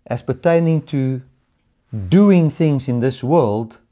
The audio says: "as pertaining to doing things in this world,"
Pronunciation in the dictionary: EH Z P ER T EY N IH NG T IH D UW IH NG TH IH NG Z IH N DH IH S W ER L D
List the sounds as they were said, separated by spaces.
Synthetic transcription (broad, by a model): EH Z P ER T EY N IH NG T IH D UW IH NG TH IH NG Z IH N DH IH S W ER L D